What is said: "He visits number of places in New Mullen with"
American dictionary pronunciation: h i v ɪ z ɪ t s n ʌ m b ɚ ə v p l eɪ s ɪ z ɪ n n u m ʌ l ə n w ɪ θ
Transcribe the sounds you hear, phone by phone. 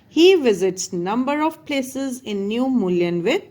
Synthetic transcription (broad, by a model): h i v ɪ z ɪ t s n ʌ m b ɚ ə v p l eɪ s ɪ z ɪ n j u m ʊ l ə n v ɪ